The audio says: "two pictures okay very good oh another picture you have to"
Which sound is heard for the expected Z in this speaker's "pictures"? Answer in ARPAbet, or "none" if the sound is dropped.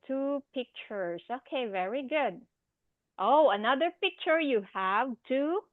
S